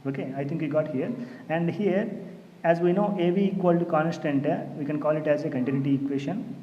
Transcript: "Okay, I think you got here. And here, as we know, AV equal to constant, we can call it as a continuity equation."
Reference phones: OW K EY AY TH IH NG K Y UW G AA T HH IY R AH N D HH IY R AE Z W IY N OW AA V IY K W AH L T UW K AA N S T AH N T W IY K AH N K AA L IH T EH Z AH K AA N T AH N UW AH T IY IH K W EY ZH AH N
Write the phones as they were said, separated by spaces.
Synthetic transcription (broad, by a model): OW K EY AY T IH NG K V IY G AA T HH IY R AH N D HH IY R AE Z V IY N OW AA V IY K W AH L T UW K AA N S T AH N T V IY K AH N K AA L IH T EH Z AH K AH N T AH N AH T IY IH K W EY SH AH N